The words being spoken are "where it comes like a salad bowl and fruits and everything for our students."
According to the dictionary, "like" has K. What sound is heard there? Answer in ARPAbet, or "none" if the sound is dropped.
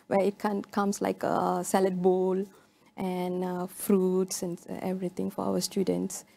K